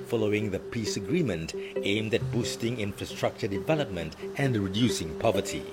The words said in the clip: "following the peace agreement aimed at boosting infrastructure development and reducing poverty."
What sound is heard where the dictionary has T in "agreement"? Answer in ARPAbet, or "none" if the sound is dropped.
T